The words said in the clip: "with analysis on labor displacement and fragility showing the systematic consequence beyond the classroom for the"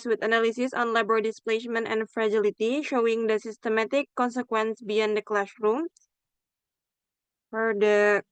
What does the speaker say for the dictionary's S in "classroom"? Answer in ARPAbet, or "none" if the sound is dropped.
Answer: SH